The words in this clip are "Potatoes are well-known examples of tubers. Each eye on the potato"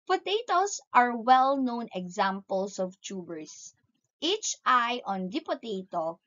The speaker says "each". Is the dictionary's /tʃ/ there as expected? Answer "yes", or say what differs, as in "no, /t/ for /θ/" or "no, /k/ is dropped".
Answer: yes